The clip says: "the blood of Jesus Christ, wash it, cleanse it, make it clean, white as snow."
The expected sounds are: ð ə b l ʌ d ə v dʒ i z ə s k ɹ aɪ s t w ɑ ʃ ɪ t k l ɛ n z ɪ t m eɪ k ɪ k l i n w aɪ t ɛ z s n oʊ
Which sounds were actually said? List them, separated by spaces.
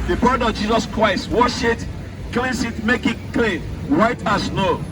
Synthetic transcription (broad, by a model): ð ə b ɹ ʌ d ə v dʒ i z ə s k ɹ aɪ s t w ɑ ʃ ɪ t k l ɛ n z ɪ t m eɪ k ɪ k l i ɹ aɪ t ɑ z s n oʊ